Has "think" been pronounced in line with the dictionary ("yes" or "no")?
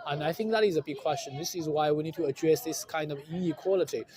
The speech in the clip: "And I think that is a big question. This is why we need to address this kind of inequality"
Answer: yes